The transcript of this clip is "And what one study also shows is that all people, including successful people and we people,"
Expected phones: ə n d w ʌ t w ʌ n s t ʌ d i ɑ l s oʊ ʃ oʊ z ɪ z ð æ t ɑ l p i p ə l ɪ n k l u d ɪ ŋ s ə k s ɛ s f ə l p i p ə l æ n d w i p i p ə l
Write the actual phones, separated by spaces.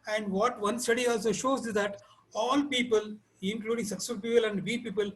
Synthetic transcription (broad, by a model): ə n d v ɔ t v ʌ n s t ʌ d i ɑ l s oʊ ʃ oʊ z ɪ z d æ t ɑ l p i p ə l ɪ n k l u d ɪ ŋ s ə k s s ə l p i p ə l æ n d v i p i p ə l